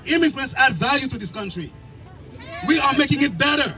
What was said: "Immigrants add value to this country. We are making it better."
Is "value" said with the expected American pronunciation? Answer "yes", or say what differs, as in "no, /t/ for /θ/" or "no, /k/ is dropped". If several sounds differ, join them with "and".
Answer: yes